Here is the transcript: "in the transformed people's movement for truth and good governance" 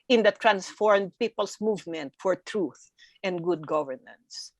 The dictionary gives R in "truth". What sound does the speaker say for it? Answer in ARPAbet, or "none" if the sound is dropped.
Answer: R